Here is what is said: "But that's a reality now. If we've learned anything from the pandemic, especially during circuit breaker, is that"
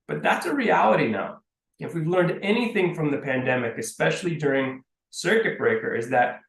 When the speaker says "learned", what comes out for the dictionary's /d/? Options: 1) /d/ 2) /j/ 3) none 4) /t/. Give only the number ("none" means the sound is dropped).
1